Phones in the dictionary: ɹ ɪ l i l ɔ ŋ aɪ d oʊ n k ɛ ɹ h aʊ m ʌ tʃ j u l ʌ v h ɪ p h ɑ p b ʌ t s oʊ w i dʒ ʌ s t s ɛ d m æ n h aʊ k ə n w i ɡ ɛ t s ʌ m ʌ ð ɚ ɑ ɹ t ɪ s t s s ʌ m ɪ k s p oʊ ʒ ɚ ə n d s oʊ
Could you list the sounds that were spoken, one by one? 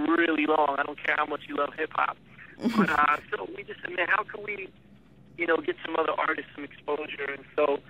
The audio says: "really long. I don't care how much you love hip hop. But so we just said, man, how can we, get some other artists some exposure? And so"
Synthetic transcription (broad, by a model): ɹ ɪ l i l ɔ ŋ aɪ d oʊ n k ɛ ɹ h aʊ m ʌ tʃ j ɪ l ʌ v h ɪ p h ɑ p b ʌ t s oʊ w i dʒ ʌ s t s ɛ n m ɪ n h aʊ k ə n w i ɡ ɛ t s ʌ m ʌ ð ɚ ɑ ɹ t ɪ s t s s ʌ m ɪ k s p oʊ ʒ ɚ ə n s oʊ